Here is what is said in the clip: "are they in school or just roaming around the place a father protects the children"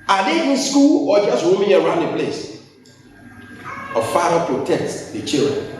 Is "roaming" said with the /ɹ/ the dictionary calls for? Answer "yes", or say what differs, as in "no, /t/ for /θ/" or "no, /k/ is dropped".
no, /w/ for /ɹ/